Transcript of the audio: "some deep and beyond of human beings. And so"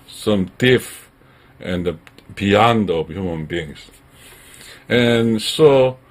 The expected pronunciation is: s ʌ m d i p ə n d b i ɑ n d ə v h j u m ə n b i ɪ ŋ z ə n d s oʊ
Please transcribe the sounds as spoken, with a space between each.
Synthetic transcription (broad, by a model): s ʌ m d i f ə n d b i ɑ n d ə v h j u m ə n b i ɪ ŋ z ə n s oʊ